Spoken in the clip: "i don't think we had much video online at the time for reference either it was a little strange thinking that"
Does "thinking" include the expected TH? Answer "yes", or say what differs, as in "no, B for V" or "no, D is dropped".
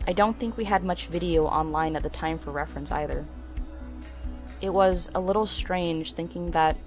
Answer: yes